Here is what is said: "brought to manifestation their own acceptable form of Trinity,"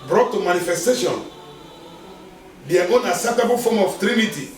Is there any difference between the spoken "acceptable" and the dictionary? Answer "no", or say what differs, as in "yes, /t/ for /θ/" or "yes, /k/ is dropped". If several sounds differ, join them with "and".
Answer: yes, /k/ is dropped